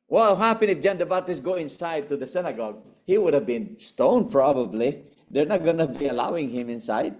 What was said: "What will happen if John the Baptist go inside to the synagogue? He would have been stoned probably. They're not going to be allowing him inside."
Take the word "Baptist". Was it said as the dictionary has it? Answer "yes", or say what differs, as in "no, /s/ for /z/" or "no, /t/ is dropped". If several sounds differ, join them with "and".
no, /p/ is dropped